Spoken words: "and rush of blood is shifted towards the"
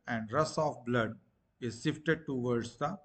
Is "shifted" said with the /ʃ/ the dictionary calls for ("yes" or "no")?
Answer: no